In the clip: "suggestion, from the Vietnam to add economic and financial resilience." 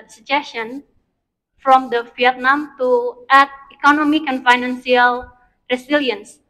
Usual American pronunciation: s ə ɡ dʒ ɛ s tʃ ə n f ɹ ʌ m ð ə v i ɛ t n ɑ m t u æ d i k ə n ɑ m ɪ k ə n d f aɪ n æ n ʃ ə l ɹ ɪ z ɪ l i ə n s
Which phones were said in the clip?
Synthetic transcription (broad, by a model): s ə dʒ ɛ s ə n f ɹ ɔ m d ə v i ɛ t n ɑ m t u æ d i k ə n ɑ m ɪ k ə n f aɪ n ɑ n s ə l ɹ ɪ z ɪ l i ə n s